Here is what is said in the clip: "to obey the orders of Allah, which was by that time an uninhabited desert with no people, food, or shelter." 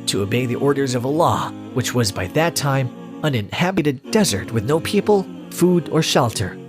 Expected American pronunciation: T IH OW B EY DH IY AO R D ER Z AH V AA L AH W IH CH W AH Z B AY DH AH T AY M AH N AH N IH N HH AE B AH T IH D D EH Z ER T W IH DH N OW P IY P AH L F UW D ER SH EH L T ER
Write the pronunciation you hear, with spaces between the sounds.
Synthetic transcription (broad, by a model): T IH OW B EY DH IY AO R D ER Z AH V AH L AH W IH CH W AH Z B AY DH AH T AY M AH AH N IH N HH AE B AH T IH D D EH Z ER T W IH DH N OW P IY P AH L F UW D ER SH EH L T ER